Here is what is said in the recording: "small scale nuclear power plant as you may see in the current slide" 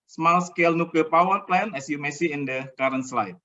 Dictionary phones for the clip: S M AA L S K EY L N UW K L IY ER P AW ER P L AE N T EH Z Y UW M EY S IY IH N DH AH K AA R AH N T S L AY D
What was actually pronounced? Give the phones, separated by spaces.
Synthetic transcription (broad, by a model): S M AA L S K EY L N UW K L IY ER P AW ER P L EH N EH S Y UW M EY S IY IH N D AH K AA R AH N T S L AY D